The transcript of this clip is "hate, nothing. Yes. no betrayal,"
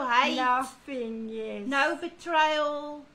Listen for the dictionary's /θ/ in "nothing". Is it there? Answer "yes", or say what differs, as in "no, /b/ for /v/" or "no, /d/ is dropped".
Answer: no, /f/ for /θ/